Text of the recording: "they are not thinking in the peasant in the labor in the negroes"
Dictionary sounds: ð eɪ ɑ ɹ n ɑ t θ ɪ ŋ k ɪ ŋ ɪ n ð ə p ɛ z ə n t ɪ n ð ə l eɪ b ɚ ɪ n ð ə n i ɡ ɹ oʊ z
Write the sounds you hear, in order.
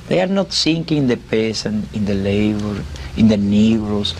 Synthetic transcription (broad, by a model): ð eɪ ɑ ɹ n ɑ t s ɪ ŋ k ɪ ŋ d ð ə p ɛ s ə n ɪ n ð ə l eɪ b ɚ ɪ n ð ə n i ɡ ɹ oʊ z